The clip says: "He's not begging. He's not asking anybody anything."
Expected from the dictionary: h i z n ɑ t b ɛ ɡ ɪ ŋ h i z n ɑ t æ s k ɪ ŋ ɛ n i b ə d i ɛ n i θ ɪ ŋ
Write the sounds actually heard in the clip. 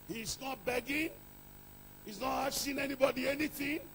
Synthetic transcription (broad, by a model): h i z n ɑ t b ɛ ɡ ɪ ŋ h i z n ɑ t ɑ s ɪ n ɛ n i b ə d i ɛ n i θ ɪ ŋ